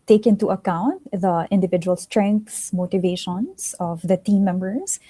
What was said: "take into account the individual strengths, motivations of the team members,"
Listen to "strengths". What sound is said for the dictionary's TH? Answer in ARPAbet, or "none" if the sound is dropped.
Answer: T